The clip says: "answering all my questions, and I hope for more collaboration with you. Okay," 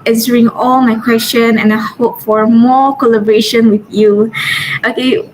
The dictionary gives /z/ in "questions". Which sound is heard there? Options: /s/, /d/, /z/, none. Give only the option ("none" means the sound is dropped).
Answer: none